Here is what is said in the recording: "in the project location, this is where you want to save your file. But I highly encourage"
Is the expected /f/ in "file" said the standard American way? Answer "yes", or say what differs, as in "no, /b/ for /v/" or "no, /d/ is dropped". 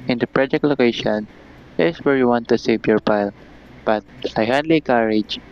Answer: no, /p/ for /f/